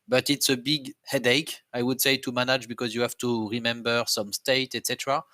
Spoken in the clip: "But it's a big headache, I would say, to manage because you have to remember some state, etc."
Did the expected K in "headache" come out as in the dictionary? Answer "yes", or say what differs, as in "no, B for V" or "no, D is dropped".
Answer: yes